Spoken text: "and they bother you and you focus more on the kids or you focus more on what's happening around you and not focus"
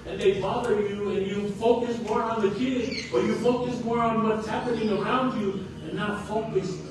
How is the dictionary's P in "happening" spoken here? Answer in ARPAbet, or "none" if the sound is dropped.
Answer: P